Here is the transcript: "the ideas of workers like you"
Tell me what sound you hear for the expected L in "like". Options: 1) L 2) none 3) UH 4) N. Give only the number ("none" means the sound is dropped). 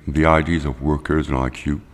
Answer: 4